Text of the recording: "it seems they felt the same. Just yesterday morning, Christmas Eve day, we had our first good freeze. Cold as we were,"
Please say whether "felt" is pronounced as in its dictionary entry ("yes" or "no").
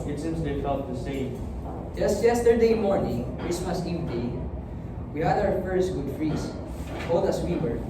no